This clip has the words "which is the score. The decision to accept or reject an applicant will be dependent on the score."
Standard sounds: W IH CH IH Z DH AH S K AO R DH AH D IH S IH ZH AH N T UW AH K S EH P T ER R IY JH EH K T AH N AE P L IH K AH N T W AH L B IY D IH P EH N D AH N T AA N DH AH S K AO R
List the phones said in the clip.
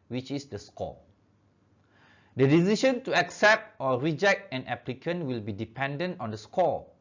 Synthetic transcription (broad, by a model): W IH CH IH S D AH S K AO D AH D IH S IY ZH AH N T UW AH K S EH P T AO R IY JH EH K T AH N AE P L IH K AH N W AH L B IY D IH P EH N D AH N T AA N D AH S K AO